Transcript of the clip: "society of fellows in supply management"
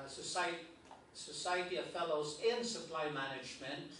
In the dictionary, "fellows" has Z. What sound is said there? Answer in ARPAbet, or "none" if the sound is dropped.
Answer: Z